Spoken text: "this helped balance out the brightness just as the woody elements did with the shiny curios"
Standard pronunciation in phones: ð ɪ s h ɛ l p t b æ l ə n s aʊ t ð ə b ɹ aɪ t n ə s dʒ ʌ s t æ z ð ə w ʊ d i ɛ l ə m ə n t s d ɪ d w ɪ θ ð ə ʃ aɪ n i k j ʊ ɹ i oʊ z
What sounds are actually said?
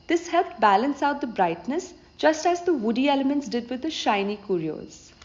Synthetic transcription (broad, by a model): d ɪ s h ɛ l t b æ l ə n s aʊ t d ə b ɹ aɪ t n ə s dʒ ʌ s t æ z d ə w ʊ d i ɛ l ə m ə n t s d ɪ d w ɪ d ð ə ʃ aɪ n i k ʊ ɹ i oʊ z